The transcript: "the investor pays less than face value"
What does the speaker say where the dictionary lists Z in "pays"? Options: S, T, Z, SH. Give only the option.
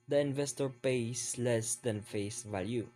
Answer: S